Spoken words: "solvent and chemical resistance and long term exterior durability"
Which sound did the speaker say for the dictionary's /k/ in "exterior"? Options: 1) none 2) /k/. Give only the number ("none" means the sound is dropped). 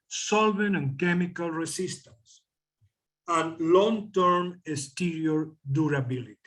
1